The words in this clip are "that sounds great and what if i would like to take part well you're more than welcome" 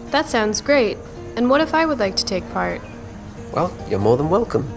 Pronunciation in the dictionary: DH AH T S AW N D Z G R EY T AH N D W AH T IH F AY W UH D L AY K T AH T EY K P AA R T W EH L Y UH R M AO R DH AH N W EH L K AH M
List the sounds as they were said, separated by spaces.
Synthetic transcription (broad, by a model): DH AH T S AW N D Z G R EY T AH N W AH T IH F AY W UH D L AY K T AH T EY K P AA R T W EH L Y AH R M AO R DH AH N W EH L K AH M